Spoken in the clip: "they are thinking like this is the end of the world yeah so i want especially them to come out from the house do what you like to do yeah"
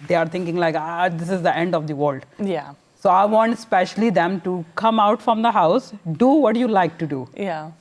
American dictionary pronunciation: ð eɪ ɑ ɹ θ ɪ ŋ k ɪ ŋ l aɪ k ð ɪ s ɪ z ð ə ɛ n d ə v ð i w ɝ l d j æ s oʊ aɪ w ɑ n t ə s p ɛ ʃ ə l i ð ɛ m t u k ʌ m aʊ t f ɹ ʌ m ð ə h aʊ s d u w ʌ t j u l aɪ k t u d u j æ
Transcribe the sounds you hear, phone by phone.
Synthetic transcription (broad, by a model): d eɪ ɑ ɹ t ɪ ŋ k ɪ ŋ l aɪ k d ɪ s ɪ z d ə ɛ n d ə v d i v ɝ l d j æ s oʊ aɪ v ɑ n t s p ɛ ʃ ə l i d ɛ m t u k ʌ m aʊ t f ɹ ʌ m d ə h aʊ s d u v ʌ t j u l aɪ k t u d u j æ